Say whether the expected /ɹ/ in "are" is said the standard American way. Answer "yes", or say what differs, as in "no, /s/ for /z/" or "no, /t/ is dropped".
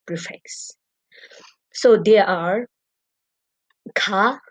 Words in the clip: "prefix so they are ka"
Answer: yes